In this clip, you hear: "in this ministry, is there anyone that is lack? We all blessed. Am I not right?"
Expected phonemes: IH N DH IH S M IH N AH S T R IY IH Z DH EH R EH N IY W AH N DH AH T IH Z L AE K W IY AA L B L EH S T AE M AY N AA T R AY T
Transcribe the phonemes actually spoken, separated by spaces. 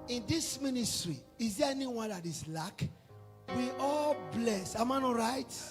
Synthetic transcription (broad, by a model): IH N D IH S M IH N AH S T R IY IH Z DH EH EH N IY W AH N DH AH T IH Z L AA K W IY AA L B L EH S AA M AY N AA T R AY T